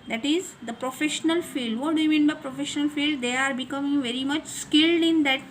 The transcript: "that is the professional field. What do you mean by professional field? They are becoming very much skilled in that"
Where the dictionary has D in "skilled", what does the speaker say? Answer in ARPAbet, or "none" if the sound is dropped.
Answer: D